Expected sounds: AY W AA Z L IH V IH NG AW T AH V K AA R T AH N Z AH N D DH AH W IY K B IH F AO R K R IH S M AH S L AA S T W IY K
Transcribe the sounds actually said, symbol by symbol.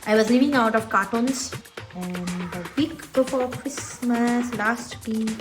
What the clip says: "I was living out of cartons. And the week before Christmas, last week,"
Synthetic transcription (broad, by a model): AY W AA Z L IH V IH NG AW T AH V K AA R T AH N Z AH N D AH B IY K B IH P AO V K R IH S M AH S L AA S T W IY